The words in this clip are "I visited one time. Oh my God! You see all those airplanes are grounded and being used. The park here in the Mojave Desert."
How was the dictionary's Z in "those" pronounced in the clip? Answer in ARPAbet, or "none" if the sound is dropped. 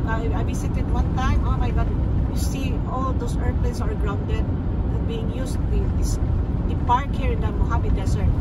S